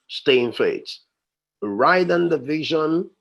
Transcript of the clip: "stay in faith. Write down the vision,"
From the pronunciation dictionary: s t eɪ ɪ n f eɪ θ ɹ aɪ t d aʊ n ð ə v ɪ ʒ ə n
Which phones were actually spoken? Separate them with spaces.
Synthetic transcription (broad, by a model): s t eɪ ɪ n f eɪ t ɹ aɪ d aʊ n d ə v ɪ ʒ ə n